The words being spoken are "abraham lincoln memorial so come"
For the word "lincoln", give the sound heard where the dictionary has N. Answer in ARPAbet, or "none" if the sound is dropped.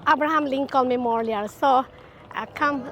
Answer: L